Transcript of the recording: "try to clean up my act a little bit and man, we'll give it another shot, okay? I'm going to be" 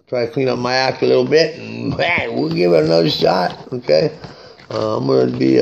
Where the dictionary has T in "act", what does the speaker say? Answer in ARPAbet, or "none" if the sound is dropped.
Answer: none